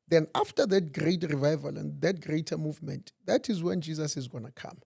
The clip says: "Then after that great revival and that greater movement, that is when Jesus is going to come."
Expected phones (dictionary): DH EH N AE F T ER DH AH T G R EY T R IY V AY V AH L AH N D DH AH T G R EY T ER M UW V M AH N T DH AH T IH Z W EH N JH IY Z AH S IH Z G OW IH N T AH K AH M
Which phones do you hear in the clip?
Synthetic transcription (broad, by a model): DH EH N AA F T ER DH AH T G R EY T R IY V AY V AH L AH N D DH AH T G R EY T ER M UW V M AH N T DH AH T IH Z W EH N JH IY Z AH S IH Z G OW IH N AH K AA M